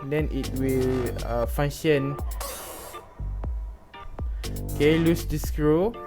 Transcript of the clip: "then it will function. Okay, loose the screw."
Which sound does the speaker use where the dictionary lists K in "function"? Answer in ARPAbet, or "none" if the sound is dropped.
none